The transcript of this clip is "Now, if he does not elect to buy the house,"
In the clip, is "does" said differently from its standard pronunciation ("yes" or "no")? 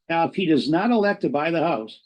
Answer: no